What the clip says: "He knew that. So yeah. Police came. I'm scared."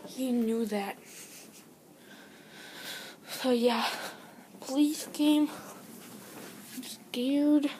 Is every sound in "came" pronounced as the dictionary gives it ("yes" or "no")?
no